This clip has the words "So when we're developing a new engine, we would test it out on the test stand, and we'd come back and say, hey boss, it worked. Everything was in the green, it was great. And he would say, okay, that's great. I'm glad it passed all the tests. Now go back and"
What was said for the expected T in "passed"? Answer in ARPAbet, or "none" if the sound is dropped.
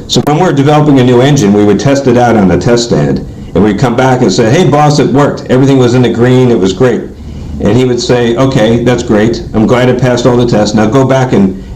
T